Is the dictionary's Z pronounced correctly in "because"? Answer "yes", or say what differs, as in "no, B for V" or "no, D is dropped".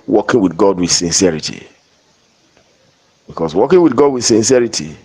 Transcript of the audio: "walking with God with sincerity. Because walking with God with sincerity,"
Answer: no, S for Z